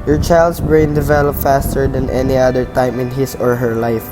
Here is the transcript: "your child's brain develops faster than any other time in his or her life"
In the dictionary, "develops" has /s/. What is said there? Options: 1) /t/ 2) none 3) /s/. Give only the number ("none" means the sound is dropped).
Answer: 2